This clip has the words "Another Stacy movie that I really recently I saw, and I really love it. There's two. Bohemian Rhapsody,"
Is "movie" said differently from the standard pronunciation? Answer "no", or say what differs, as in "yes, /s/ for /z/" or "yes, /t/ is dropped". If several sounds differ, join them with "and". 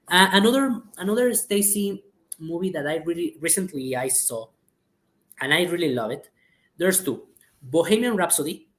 yes, /b/ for /v/